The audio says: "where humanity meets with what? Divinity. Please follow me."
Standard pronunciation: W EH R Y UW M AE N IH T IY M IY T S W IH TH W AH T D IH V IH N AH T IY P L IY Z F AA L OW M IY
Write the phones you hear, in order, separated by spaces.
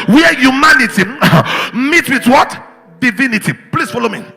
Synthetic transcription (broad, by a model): W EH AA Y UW M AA N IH T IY M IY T W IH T W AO T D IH V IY N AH T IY P L IY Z F AA L OW M IY